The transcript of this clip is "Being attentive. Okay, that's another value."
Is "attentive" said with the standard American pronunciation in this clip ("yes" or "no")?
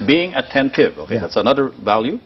yes